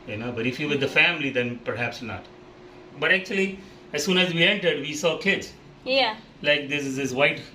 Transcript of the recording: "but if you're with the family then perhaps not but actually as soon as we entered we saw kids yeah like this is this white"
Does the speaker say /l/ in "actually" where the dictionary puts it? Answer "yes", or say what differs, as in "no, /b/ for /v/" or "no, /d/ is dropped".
yes